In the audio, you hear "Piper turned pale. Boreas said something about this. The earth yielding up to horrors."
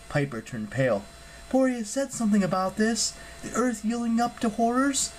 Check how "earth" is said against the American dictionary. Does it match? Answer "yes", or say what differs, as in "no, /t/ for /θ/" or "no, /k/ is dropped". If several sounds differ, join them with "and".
yes